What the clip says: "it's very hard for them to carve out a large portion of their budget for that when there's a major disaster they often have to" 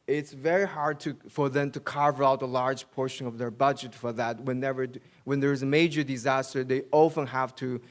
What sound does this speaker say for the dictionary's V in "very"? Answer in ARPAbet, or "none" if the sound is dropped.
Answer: V